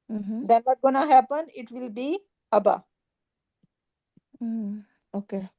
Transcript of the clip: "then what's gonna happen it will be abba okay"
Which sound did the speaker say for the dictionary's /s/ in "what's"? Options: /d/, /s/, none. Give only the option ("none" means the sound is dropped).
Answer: none